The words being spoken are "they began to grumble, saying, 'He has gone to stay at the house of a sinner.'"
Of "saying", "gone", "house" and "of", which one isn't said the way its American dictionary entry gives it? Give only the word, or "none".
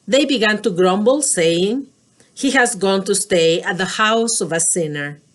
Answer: none